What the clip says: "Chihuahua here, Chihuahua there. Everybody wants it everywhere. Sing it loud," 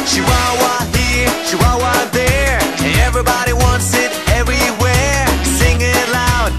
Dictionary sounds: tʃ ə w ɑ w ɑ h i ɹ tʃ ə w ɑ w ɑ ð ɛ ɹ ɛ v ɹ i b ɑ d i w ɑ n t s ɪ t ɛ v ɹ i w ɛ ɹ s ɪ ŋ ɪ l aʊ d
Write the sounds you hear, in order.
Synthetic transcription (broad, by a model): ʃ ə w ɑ w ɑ h i ɹ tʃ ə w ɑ w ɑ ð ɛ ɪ ɛ v ɹ i b ɑ d i w ɑ n t s ɪ t ɛ v ɹ i w ɛ ɹ s ɪ ŋ ɪ l aʊ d